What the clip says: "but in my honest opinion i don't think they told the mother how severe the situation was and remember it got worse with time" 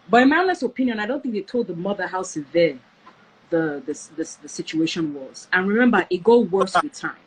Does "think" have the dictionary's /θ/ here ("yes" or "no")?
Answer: yes